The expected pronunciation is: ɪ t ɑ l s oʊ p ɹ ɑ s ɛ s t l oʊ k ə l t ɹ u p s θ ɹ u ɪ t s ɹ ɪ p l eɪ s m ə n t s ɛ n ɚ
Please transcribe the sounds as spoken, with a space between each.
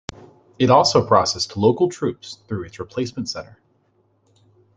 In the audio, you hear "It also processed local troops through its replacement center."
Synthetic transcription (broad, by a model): ɪ t ɑ l s oʊ p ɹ ɑ s ɛ s t l oʊ k l t ɹ u p s θ ɹ u ɪ t s ɹ ɪ p l eɪ s m ə n t s ɛ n ɚ